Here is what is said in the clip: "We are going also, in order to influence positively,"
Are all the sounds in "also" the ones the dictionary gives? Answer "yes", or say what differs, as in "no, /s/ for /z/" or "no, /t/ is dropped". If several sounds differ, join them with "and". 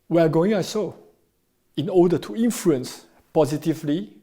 no, /l/ is dropped